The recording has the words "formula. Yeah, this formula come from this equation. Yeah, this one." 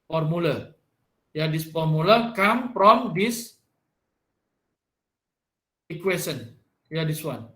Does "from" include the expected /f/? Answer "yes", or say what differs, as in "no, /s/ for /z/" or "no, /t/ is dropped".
no, /p/ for /f/